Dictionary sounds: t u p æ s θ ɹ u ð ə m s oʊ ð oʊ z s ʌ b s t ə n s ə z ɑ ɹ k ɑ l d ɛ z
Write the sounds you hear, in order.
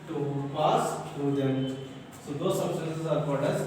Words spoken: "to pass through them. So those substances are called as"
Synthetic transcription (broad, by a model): t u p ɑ s t ɹ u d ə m s oʊ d oʊ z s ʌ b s t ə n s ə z ɑ ɹ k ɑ d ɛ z